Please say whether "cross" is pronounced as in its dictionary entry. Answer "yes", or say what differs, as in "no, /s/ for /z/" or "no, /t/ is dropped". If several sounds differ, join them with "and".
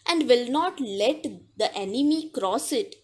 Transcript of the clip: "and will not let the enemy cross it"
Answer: yes